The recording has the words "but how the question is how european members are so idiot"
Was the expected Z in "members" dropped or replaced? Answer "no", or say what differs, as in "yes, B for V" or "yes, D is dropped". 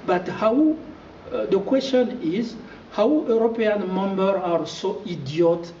yes, Z is dropped